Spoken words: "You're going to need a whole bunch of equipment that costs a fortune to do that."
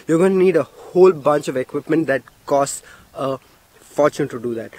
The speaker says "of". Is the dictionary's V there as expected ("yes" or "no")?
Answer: yes